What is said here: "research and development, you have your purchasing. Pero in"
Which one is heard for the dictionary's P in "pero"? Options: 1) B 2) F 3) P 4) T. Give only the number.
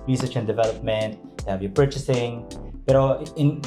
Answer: 1